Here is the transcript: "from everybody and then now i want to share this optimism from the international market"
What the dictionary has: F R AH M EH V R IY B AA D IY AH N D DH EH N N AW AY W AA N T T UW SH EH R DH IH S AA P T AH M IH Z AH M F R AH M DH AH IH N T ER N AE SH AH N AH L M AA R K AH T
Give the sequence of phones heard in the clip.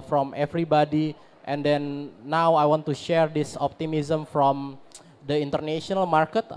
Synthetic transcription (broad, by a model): F R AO M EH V R IY B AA D IY AH N D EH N N AW AY W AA N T T UW SH EH R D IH S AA P T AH M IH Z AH M F R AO M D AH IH N T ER N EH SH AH N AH L M AA R K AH T